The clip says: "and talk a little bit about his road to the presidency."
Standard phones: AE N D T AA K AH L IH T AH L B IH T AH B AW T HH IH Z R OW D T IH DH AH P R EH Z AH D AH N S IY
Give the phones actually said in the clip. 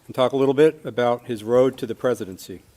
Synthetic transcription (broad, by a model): N T AA K AH L IH T L B IH T AH B AW T HH IH Z R OW D T IH DH AH P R EH Z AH D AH N S IY